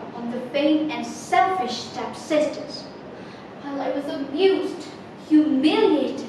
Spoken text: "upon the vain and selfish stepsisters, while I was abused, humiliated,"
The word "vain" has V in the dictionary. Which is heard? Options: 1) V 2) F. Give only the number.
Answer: 2